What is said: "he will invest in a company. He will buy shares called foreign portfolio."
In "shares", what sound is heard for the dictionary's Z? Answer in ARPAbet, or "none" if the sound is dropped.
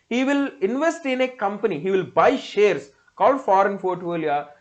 S